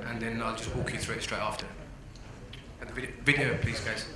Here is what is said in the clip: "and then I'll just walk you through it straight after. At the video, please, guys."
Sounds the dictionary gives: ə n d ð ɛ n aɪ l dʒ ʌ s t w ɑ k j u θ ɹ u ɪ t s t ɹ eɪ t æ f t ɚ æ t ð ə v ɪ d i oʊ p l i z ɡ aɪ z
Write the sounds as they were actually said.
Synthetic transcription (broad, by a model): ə n ð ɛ n aɪ l dʒ ʌ s t w ɑ k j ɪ θ ɹ u ɪ t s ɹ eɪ t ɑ f t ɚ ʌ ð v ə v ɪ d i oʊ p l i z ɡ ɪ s